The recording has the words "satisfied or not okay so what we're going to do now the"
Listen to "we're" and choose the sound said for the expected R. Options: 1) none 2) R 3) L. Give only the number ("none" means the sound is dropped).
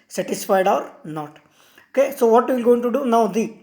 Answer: 3